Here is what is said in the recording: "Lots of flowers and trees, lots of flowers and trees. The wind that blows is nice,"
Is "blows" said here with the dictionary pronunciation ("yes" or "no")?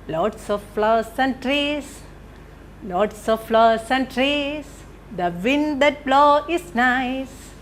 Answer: no